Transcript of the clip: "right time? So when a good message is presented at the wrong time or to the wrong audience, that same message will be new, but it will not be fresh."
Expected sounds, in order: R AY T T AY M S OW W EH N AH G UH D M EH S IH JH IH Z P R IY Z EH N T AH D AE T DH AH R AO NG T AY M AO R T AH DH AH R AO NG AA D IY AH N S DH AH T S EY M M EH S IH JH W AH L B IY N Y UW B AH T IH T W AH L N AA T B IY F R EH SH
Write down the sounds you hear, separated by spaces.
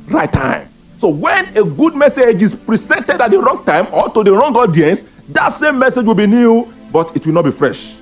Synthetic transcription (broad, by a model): R AY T T AY M S OW W EH N AH G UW D M EH S IH JH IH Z P R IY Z EH N T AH D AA T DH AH R AO NG T AY M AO L T AH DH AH R AO NG AA D IY AH N S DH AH T S EY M M EH S IH JH W AH L B IY N Y UW B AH T IH T W AH L N AA T B IY F R EH SH